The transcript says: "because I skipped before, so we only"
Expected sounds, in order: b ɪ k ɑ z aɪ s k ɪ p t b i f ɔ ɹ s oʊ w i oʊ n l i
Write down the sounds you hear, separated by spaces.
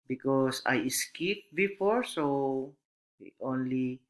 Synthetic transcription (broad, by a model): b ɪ k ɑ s aɪ s k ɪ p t b i f ɔ ɹ s oʊ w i oʊ n l i